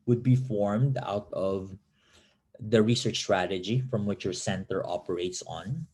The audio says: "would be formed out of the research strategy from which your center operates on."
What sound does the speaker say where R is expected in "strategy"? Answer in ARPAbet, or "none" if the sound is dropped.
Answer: R